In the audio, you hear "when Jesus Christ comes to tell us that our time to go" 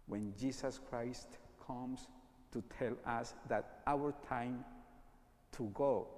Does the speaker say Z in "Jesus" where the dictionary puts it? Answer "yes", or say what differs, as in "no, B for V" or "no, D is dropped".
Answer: no, S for Z